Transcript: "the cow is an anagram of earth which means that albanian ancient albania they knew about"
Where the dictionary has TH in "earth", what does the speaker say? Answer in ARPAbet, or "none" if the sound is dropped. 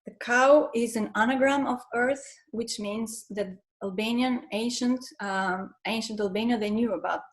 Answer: TH